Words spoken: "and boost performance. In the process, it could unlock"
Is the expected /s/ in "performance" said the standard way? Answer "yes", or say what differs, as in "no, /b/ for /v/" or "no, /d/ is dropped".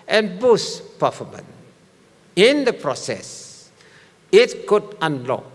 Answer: no, /s/ is dropped